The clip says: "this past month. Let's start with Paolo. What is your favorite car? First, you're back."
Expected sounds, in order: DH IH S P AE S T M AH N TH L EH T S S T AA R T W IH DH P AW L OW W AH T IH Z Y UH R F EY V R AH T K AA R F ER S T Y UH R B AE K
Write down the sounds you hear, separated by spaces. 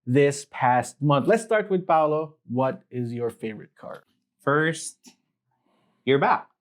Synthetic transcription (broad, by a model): DH IH S P AE S T M AH N TH L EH T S S T AA R T W IH DH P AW L OW W AH T IH Z Y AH R F EY V R AH T K AA R F ER S T Y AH R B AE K